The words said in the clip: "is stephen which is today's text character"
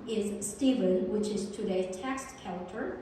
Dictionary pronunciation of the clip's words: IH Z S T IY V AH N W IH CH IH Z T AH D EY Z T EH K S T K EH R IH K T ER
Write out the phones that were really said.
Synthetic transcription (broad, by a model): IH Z S T IY V AH N W IH CH IH Z T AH D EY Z T EH K S T K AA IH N T ER